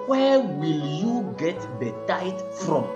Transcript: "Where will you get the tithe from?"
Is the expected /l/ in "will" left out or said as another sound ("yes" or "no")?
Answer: no